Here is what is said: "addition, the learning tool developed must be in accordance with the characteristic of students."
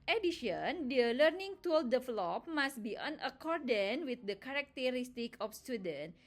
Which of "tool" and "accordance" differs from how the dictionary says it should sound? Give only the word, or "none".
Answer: accordance